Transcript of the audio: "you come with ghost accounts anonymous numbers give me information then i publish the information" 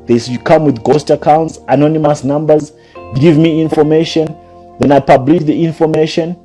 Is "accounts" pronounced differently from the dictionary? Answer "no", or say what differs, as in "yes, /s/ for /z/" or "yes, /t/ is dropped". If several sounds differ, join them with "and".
no